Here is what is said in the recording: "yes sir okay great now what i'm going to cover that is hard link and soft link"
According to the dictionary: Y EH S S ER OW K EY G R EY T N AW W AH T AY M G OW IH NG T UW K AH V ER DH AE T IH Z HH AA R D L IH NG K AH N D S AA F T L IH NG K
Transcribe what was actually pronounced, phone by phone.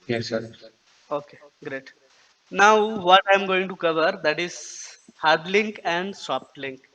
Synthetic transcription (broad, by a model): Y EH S S ER OW K EY G R EY T N AW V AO T AY M G OW IH NG T UW K AH V ER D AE T IH Z HH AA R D L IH NG K AH N D S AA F T L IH NG K